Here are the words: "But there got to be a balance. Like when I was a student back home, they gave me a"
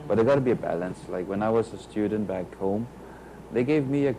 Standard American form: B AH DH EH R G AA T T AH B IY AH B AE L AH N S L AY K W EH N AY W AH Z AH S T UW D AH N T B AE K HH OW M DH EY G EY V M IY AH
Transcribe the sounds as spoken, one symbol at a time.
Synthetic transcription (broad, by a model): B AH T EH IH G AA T T AH B IY AH B AE L AH N S L AY K W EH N AY W AH Z AH S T UW D N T B AE K HH OW M DH EY G EY V M IY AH